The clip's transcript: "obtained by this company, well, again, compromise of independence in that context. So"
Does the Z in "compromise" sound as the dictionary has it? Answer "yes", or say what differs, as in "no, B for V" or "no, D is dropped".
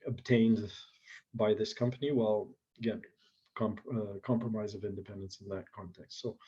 yes